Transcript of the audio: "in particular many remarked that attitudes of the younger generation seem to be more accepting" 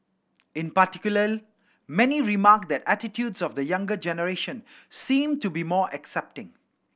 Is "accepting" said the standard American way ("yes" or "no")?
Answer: yes